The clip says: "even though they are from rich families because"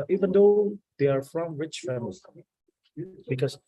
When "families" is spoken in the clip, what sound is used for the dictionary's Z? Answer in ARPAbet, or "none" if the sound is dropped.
none